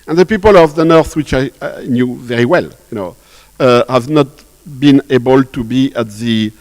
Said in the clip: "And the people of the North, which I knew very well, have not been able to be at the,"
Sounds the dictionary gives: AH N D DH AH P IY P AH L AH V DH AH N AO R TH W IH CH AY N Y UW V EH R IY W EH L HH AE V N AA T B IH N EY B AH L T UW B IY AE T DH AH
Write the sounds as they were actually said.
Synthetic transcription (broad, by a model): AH N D DH AH P IY P AH L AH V DH AH N AO R TH W IH CH AY N Y UW V EH R IY W EH L HH AE V N AA T B IH N EY B AH L T UW B IY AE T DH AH